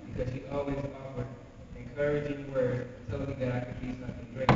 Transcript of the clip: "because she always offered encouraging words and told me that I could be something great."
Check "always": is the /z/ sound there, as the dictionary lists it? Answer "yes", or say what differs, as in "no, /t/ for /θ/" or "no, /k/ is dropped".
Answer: yes